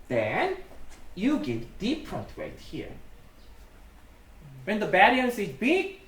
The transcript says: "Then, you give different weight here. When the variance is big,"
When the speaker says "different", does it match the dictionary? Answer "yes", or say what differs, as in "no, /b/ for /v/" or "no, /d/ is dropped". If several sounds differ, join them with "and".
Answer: no, /p/ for /f/